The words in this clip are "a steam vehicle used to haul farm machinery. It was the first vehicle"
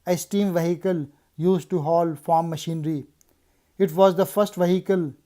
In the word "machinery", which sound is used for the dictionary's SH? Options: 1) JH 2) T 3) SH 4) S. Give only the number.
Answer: 3